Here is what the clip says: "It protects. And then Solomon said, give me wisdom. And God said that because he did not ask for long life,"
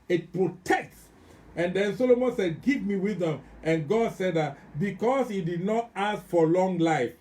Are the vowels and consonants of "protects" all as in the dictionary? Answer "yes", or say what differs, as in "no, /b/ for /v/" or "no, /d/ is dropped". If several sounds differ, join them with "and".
yes